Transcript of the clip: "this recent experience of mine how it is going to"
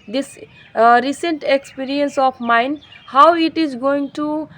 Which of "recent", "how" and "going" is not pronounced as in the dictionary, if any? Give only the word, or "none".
none